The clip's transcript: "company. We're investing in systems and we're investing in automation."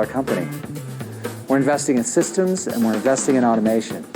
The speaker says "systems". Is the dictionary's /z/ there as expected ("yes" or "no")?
yes